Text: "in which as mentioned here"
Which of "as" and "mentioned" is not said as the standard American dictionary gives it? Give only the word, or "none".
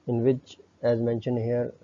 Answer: none